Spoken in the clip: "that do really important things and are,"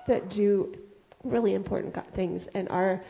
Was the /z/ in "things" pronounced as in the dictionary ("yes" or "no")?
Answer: yes